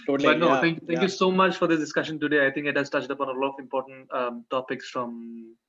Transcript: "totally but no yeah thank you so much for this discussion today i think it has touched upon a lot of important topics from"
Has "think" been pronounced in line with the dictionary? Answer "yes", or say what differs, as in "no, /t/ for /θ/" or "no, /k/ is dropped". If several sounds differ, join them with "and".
no, /t/ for /θ/